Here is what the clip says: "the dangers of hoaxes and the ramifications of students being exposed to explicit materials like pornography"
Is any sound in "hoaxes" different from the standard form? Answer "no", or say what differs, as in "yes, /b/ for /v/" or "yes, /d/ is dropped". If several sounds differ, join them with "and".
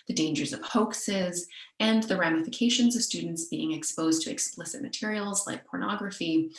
no